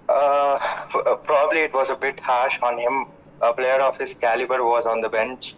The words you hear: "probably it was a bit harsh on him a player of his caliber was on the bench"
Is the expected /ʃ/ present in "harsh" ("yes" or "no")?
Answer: yes